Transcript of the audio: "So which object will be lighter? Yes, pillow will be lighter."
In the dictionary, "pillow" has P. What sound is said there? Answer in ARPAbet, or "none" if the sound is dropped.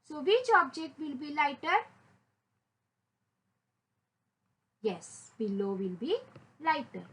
B